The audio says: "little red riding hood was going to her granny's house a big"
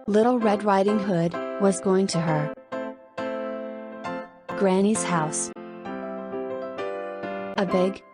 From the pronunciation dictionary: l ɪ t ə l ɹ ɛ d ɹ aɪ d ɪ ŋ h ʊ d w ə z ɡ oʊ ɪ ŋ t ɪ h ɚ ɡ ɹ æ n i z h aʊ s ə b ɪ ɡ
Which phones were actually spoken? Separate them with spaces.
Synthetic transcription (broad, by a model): l ɪ t l ɹ ɛ d ɹ aɪ d ɪ ŋ h ʊ d w ə z ɡ oʊ ɪ ŋ t ɪ ɚ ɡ ɹ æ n i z h aʊ s ə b ɪ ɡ